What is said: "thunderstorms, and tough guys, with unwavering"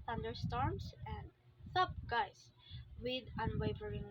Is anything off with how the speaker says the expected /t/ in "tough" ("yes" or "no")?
yes